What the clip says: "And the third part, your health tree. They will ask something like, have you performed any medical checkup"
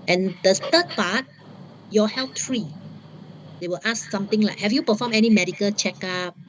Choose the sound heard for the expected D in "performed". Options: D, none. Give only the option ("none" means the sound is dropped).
none